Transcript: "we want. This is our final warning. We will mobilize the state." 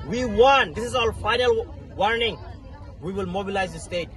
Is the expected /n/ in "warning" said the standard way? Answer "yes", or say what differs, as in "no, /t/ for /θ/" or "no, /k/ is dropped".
yes